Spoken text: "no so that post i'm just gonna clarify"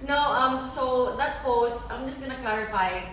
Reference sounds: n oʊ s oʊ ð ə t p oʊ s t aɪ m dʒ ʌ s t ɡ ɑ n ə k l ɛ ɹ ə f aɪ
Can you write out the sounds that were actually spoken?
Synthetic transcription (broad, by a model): n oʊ s oʊ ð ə t p oʊ s t aɪ m dʒ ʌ s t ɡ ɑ n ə k l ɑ ɹ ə f aɪ